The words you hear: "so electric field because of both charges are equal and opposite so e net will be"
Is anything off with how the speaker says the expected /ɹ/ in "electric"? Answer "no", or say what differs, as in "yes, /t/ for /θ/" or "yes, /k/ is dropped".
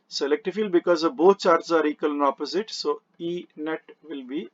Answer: yes, /ɹ/ is dropped